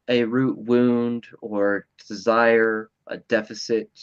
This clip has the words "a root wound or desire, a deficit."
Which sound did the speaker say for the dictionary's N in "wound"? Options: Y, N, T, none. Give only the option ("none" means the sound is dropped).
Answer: N